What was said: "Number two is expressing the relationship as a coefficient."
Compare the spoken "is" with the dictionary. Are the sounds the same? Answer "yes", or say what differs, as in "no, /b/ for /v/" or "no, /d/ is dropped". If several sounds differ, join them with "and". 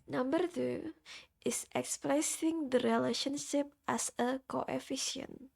no, /s/ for /z/